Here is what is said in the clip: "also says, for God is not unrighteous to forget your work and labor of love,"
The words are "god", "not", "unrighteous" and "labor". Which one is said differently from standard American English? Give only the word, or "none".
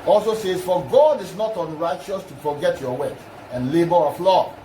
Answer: none